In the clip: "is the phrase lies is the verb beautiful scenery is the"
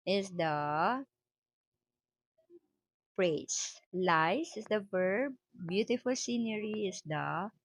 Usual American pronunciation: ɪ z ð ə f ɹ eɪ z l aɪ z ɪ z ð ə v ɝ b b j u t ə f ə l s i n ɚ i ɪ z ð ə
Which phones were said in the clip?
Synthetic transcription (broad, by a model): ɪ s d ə p ɹ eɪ s l aɪ s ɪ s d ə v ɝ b b j u t ə f ə l s i n ɚ i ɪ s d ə